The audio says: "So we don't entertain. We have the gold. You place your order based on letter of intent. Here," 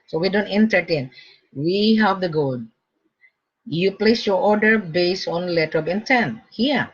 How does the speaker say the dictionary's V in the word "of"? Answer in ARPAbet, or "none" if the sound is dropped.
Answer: B